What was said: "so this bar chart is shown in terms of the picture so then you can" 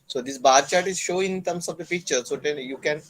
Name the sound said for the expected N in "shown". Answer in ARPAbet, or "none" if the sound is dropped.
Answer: none